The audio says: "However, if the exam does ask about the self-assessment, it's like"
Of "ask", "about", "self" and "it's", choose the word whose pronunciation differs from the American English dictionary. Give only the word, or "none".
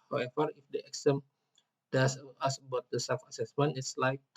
ask